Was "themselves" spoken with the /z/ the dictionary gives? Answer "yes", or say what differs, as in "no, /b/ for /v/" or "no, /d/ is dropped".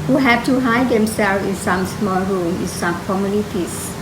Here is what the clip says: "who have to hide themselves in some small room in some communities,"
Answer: no, /z/ is dropped